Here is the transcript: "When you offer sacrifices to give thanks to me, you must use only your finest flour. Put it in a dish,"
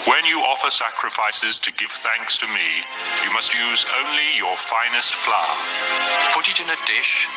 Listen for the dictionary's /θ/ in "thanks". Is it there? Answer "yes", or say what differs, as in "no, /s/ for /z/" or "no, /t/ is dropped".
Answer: yes